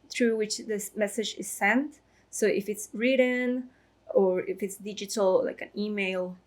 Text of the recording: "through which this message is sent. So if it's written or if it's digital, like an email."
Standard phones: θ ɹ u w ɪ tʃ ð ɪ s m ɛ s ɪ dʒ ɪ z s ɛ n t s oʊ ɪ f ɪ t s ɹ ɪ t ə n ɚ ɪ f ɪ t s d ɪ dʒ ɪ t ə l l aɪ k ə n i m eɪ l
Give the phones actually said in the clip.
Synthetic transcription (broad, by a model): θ ɹ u w ɪ tʃ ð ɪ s m ɛ s ɪ dʒ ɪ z s ɛ n t s oʊ ɪ f ɪ t s ɹ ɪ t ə n ɚ ɪ f ɪ t s d ɪ dʒ ɪ t ə l l aɪ k ə n i m eɪ l